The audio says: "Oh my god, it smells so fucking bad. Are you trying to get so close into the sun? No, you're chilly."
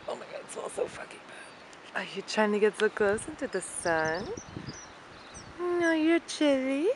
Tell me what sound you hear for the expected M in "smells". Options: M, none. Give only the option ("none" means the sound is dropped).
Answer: none